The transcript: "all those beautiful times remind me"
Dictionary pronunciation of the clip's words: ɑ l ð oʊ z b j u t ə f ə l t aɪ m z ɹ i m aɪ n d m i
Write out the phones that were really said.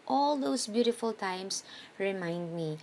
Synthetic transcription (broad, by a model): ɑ l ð oʊ s b j u t ə f ə l t aɪ m s ɹ i m aɪ n d m i